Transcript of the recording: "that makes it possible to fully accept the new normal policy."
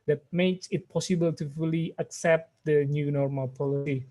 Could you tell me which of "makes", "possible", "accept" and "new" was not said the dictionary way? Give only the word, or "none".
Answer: none